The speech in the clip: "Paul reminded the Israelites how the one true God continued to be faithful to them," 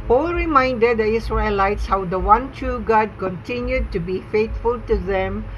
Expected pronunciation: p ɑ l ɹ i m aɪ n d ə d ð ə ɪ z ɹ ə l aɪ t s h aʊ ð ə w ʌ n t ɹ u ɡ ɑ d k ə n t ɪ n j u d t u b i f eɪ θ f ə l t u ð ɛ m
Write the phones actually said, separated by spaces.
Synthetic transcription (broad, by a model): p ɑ l ɹ i m aɪ n d ə d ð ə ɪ s ɹ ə l aɪ t s h aʊ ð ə w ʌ n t u ɡ ɑ d k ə n t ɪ n j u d t u b i f eɪ t f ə l t u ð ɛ m